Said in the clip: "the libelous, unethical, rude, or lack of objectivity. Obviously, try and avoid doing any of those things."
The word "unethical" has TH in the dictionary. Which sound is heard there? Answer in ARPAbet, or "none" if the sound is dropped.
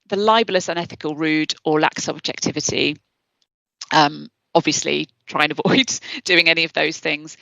TH